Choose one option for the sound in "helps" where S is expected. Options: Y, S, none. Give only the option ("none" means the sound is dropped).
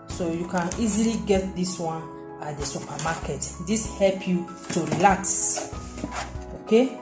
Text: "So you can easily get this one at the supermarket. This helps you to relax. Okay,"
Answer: none